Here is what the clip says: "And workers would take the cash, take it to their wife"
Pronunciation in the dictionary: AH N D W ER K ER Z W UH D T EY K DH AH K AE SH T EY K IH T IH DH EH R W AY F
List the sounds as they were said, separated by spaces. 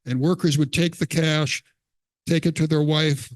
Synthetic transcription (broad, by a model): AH N W ER K ER Z W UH D T EY K DH AH K AE SH T EY K IH T IH DH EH R W AY F